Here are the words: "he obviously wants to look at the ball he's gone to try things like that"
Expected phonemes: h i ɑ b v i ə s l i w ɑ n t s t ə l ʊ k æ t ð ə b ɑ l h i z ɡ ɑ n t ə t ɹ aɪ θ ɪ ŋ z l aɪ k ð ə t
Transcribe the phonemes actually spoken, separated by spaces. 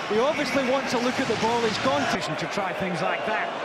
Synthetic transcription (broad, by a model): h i ɑ b v i ə s l i w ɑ n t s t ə l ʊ k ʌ t ð ə b ɑ l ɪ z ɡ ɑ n t ə t ɹ aɪ θ ɪ ŋ z l aɪ k ð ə t